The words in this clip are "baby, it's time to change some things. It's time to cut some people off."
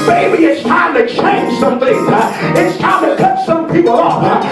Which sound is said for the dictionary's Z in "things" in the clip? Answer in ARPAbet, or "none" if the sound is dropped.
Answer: none